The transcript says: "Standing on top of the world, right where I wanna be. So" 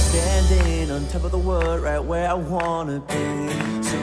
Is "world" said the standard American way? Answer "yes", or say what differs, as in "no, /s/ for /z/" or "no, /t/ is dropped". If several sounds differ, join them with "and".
no, /l/ is dropped